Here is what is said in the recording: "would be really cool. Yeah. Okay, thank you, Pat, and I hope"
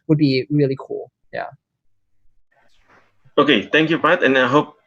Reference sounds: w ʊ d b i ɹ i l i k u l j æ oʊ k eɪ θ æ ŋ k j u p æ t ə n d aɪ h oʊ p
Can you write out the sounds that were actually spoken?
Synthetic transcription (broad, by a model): w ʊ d b i ɹ i l i k u l j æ oʊ k eɪ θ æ ŋ k j u b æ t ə n aɪ h oʊ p